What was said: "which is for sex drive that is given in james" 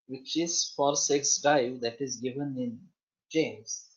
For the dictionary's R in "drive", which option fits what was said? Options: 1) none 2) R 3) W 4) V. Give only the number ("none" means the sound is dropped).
1